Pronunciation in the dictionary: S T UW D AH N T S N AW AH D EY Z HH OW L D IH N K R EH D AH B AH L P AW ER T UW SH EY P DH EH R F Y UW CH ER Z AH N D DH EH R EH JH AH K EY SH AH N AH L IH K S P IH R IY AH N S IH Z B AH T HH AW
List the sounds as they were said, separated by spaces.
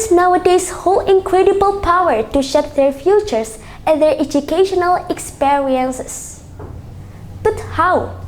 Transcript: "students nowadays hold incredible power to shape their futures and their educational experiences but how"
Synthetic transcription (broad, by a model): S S N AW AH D EY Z HH OW L IH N K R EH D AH B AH L P AW ER T UW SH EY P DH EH R F Y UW CH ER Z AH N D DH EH R EH JH AH K EY SH AH N AH L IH K S P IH R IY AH N S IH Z B AH T HH AW